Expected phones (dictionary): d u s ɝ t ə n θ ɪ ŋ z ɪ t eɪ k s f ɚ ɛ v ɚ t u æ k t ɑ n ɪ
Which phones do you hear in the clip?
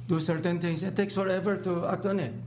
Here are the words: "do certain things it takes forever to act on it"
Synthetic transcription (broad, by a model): d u s ɝ t ə n t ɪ ŋ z ɪ t eɪ k s f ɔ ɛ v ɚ t u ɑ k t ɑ n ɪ